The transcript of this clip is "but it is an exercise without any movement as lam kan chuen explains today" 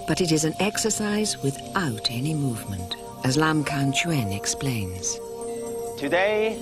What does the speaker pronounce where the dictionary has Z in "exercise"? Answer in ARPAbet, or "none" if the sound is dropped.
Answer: Z